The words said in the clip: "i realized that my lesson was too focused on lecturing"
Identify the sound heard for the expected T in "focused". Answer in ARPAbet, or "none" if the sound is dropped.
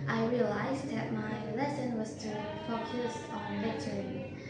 none